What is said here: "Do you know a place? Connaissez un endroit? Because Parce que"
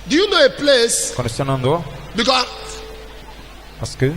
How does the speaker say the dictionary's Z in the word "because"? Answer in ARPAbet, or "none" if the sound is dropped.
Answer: none